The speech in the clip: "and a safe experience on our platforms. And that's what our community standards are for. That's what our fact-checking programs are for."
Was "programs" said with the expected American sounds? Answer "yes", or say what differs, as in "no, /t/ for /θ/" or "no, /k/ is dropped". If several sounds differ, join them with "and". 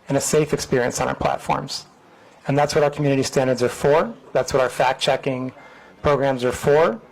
yes